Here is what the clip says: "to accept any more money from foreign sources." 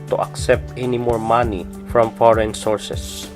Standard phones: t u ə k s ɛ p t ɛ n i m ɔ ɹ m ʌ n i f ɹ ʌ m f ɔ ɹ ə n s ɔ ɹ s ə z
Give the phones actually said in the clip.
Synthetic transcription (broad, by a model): t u ə k s ɛ p t ɛ n i m ɔ ɹ m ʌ n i f ɹ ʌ m f ɔ ɹ ə n s ɔ ɹ s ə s